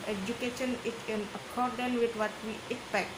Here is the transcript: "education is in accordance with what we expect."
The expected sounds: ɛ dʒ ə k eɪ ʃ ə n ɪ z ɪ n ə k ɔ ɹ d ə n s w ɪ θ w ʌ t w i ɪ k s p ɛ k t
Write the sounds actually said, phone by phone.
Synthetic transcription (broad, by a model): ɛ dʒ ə k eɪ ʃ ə n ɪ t ɪ n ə k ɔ ɹ d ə n w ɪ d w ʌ t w i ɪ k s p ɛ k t